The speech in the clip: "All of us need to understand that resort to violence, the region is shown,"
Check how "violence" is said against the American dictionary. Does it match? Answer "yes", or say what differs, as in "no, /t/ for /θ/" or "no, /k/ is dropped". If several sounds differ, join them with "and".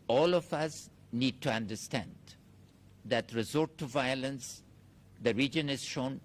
yes